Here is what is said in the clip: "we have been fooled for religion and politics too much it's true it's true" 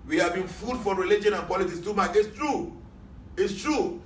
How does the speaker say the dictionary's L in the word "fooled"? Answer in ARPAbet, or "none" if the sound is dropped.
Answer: none